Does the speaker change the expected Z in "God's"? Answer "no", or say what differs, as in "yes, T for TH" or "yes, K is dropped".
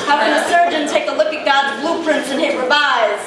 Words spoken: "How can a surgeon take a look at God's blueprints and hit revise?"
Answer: no